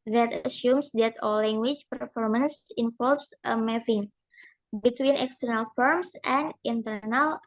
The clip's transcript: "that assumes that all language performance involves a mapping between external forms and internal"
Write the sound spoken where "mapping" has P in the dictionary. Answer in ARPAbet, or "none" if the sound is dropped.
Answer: F